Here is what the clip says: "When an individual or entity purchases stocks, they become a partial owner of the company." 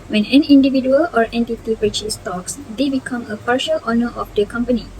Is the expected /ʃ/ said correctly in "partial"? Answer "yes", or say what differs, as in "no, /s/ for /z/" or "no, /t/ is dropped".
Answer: yes